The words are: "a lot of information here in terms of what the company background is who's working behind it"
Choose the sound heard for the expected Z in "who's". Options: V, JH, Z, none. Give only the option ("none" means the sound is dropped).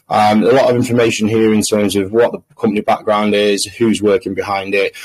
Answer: Z